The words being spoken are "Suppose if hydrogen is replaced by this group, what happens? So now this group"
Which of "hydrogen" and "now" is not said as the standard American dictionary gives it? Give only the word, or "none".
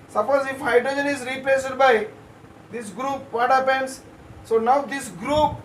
none